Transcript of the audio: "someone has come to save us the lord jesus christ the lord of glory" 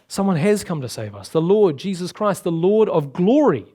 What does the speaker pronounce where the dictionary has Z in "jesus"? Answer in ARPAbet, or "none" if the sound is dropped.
Z